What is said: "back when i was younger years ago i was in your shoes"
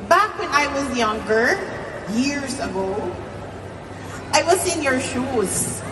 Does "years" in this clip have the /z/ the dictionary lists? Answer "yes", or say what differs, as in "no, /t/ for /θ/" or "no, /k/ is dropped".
yes